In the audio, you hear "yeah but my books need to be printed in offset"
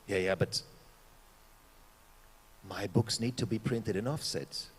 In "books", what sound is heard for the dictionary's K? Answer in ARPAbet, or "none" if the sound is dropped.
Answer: K